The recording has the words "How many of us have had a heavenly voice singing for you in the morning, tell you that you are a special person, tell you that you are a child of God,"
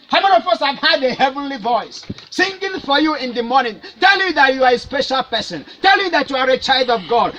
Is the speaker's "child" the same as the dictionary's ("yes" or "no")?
yes